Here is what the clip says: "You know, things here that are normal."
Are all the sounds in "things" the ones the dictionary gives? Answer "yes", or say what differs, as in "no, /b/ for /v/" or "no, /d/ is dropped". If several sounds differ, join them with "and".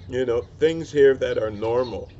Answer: yes